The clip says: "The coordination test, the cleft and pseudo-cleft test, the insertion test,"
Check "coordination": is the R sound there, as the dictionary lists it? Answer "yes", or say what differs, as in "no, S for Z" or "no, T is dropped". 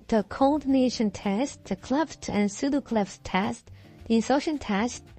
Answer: no, L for R